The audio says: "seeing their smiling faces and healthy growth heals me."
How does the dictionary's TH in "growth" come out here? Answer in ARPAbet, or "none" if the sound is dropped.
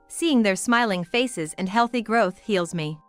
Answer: TH